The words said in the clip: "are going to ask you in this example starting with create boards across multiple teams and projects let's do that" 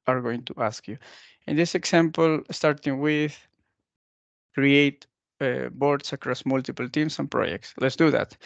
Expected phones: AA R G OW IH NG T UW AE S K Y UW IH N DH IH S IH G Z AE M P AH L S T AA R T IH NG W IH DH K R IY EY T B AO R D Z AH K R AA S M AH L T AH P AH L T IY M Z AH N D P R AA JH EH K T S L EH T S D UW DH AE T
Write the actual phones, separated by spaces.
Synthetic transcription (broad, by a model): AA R G OW IH NG T UW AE S K Y UW IH N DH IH S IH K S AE M P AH L S T AA R T IH NG W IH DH K R IY EY T B AO R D S AH K R AA S M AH L T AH P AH L T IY M S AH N P R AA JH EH K T S L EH T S D UW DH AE T